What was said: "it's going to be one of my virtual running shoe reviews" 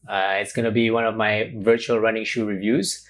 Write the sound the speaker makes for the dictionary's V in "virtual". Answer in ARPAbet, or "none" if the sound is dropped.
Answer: V